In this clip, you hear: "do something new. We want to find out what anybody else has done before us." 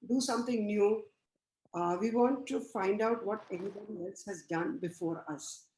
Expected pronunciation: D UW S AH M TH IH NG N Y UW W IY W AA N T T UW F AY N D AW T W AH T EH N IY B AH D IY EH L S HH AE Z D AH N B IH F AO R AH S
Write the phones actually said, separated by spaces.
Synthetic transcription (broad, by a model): D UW S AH M T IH NG N Y UW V IY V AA N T T UW F AY N D AW T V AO T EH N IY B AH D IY EH L S HH AE Z D AH N B IH F AO R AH S